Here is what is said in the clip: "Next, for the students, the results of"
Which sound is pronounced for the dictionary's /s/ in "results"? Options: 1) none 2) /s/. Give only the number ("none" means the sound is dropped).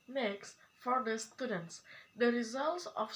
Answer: 2